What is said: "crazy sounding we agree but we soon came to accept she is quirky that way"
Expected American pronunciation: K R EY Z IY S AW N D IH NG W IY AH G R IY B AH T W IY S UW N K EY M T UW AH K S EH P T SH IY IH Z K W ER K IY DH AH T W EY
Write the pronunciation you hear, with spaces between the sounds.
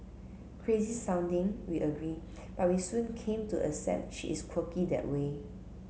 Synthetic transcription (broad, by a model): K R EY Z IY S AW N D IH NG W IY AH G R IY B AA T W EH S UW N K EY M T UW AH S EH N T SH IY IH S K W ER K IY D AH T W EY